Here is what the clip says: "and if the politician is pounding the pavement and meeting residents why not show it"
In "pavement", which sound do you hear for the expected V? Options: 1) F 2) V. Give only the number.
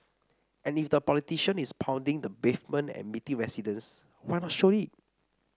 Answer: 1